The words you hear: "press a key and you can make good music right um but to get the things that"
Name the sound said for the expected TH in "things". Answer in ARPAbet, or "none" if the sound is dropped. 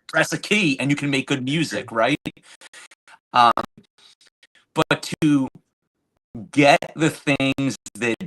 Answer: TH